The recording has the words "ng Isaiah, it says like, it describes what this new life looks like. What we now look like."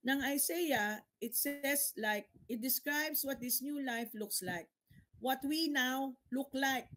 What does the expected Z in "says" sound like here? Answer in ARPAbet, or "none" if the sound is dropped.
S